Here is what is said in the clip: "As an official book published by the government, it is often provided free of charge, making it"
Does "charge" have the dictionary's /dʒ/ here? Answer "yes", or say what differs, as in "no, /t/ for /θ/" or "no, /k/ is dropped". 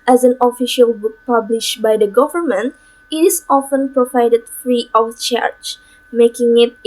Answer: no, /tʃ/ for /dʒ/